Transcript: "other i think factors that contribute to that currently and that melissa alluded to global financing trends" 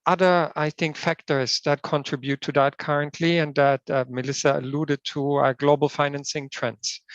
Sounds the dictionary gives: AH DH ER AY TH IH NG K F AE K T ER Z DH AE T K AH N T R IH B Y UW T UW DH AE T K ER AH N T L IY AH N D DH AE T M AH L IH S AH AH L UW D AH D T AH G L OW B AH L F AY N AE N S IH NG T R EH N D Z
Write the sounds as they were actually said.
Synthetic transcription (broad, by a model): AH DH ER AY TH IH NG K F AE K T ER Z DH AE T K AH N T R IH B Y UW T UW DH AE T K ER AH N T L IY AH N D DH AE T M AH L IH S AH AH L UW D AH D T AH G L OW B AH L F AY N AE N S IH NG T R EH N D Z